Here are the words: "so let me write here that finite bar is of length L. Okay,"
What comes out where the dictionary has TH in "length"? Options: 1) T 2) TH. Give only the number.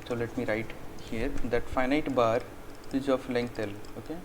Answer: 1